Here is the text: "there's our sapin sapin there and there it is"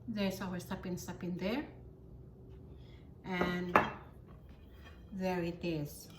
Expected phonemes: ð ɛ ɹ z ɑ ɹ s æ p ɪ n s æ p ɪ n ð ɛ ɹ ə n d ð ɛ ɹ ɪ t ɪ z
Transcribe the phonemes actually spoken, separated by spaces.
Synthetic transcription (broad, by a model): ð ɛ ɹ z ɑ w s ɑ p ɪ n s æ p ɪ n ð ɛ ɹ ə n ð ɛ ɹ ɪ t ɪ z